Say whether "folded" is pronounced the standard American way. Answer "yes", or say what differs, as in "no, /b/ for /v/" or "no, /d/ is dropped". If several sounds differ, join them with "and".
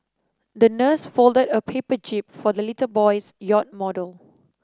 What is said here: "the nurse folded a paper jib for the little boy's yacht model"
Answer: yes